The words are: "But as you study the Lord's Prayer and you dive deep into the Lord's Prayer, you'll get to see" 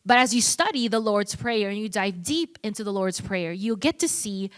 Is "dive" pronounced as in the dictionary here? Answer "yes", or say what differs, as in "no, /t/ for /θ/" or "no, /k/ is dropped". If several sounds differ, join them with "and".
yes